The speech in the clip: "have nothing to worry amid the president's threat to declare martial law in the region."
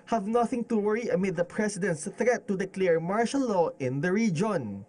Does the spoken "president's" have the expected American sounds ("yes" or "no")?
no